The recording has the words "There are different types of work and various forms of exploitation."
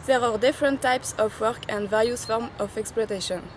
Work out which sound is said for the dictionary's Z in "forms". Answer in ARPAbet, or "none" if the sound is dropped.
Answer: none